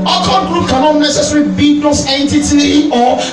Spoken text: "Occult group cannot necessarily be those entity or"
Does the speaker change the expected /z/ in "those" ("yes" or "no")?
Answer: yes